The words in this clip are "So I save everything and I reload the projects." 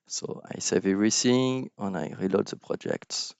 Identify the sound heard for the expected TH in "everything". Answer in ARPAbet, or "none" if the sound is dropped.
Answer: S